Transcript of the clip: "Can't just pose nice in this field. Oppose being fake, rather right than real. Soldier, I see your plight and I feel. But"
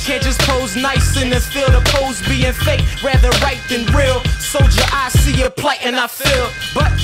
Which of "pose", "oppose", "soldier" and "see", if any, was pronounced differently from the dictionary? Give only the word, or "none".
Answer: soldier